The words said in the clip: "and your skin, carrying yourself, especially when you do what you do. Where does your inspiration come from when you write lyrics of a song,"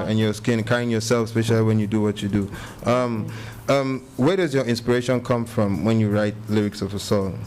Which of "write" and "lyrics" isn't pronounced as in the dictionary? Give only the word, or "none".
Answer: none